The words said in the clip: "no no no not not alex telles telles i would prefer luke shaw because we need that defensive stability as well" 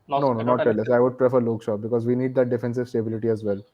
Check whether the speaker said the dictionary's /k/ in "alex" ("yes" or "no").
no